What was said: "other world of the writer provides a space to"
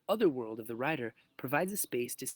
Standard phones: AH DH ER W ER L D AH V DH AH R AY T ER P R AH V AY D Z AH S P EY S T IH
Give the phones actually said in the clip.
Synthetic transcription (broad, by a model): AH DH ER W ER L D AH V DH AH R AY T ER P R AH V AY D Z AH S P EY S T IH